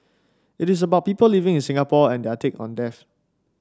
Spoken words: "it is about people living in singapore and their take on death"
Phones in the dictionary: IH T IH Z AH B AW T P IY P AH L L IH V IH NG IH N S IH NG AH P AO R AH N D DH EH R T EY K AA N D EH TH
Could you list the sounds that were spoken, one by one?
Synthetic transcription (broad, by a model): IH T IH S AH B AW T P IY P AH L L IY V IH NG IH N S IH NG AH P AO AH N D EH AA T EY K AA N D EH F